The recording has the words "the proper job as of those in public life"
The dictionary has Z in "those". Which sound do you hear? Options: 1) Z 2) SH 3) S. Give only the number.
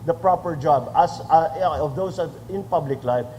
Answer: 3